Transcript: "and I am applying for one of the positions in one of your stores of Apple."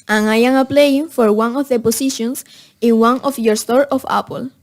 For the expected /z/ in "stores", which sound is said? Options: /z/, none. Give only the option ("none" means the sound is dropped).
none